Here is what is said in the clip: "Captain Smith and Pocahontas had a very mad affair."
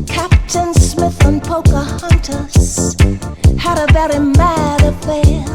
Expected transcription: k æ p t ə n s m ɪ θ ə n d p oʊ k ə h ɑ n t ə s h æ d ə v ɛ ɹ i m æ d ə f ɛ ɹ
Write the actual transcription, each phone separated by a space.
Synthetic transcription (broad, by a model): k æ p t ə n s m ɪ θ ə n p oʊ k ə h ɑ n t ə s h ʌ d ə v ɛ ɹ i m æ d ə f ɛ